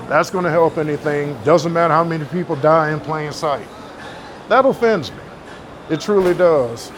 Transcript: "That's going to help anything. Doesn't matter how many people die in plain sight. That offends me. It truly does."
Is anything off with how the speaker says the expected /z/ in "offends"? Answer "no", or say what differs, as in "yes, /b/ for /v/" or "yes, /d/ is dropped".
no